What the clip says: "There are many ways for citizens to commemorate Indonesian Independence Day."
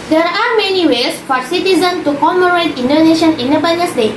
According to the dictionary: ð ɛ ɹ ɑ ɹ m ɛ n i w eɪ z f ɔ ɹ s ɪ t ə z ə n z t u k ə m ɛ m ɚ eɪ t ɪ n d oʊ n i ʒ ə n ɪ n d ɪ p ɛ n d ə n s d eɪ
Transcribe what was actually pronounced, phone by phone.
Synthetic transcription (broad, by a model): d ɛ ɹ ɑ ɹ m ɛ n i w eɪ s f ɔ ɹ s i t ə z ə n t u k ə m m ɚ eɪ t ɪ n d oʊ n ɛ ʃ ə n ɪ n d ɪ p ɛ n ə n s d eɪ